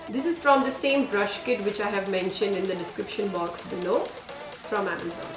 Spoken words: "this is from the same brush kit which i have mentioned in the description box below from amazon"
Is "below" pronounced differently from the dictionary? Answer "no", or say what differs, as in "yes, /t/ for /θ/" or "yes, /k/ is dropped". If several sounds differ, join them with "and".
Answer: yes, /n/ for /l/